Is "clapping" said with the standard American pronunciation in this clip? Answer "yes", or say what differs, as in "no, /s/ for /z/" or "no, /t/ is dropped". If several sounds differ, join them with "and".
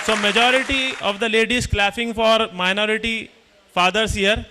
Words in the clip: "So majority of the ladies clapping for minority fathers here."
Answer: no, /f/ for /p/